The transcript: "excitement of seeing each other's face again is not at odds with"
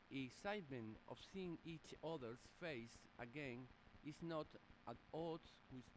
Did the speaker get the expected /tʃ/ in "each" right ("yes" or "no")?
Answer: yes